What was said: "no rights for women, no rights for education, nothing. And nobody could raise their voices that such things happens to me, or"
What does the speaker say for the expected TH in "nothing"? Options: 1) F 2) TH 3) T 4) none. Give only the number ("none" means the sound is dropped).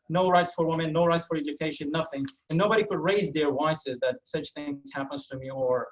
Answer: 2